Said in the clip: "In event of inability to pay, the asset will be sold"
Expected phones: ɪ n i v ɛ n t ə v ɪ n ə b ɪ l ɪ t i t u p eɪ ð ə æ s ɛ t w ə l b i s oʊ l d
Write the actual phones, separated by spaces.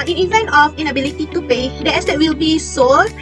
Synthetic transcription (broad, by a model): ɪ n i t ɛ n ə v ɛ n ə b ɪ l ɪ t i t u p eɪ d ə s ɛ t w ə l b i s oʊ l